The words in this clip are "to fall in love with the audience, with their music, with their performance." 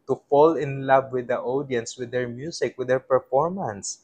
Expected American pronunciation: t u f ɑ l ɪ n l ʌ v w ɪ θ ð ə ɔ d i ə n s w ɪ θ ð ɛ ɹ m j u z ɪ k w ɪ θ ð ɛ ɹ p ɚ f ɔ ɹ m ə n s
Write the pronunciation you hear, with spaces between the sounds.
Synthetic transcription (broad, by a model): t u f ɑ l ɪ n l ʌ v w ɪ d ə ɔ d i ə n s w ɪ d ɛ ɹ m j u s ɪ k w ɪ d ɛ ɹ p ɚ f ɔ ɹ m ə n s